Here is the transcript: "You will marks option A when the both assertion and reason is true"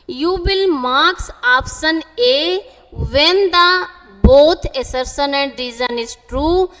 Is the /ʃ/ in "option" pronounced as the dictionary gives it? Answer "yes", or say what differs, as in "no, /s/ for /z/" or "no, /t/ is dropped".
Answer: no, /s/ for /ʃ/